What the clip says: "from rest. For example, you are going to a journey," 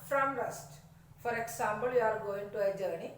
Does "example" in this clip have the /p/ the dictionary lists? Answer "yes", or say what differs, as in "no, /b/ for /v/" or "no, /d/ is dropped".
no, /b/ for /p/